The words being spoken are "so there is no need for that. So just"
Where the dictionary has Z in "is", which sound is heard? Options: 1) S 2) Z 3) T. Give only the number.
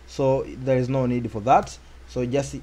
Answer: 2